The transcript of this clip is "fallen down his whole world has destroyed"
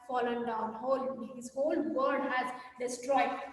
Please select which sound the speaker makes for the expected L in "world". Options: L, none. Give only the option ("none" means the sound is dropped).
none